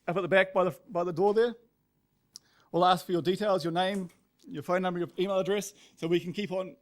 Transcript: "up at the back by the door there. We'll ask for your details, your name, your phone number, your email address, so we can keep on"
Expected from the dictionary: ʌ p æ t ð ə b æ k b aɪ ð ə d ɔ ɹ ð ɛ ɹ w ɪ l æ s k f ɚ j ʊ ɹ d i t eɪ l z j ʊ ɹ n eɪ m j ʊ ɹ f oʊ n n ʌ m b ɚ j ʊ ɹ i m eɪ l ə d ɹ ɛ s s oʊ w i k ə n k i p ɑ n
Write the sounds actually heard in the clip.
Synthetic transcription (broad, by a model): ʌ p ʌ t ð ə b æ k b aɪ ð ə d ɔ ɹ ð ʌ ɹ w ɪ l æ s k f ɚ j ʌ ɹ d i t eɪ l z j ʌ ɹ n eɪ m j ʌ ɹ f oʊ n n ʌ m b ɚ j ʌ i m eɪ l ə d ɹ ɛ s s oʊ w i k ə n k i p n